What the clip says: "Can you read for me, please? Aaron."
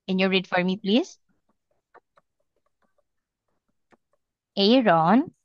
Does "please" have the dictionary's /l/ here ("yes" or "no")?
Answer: yes